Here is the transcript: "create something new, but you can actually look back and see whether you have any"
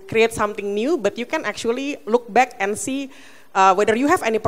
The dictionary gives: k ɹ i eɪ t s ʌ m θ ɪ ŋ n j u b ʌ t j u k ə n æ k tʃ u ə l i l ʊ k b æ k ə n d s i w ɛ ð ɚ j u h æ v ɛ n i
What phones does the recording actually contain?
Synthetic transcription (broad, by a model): k ɹ i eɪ t s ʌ m t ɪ ŋ n j u b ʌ t j u k ə n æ k tʃ u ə l i l ʊ k b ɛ k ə n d s i w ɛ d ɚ j u h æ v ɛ n i